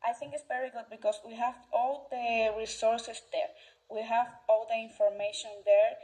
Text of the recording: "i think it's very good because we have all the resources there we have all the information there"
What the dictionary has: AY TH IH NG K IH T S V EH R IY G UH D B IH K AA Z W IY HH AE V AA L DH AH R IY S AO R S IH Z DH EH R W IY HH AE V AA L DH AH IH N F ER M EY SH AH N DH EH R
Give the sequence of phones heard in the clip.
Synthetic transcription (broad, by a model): AY TH IH NG K IH T S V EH R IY G UH D B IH K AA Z W IY HH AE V AA L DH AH R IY S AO R S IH S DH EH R W IY HH AE V AA L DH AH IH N F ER M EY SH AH N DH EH R